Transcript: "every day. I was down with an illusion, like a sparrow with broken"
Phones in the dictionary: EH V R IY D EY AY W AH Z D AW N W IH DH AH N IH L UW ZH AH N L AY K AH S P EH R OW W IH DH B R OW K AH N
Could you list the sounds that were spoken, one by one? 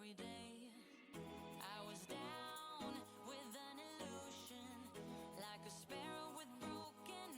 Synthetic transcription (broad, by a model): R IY D EY AY W AH Z D AW N W IH DH AH N IH L UW ZH AH N L AY K AH S P EH R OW W IH DH B R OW K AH N